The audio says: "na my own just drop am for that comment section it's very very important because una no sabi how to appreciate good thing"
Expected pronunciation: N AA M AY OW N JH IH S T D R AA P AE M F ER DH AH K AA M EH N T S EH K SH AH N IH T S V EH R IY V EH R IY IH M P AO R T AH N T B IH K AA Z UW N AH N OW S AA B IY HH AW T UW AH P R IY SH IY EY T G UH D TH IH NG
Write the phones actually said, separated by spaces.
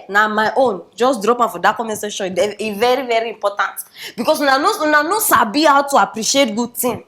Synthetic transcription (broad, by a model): N AA M AY OW N JH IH S D R AA P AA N F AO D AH K AA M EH S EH SH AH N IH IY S V EH R IY V EH R IY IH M P AO T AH N T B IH K AA S UW N AH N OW S AA B IY HH AW T UW AH P R IY SH IY EY T G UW D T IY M